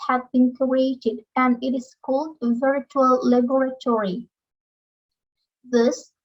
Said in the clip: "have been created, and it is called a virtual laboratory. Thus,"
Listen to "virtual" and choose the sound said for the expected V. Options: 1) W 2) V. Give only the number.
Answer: 2